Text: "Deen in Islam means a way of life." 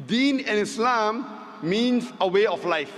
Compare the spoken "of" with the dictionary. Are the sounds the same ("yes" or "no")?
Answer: no